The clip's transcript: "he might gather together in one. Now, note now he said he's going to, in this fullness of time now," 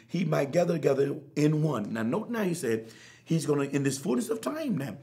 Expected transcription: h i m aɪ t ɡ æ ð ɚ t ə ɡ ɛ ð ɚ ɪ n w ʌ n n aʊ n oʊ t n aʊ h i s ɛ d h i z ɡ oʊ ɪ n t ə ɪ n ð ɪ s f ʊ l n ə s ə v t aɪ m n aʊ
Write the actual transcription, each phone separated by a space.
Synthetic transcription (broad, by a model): h i m aɪ t ɡ æ ð ɚ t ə ɡ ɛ ð ɚ ɪ n w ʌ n n aʊ n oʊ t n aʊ h i s ɛ d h i z ɡ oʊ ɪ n t ɪ n ð ɪ s f ʊ l n ə s ə v t aɪ m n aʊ